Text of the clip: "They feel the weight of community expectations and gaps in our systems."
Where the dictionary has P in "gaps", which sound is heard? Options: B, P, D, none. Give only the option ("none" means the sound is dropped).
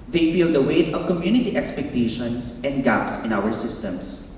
P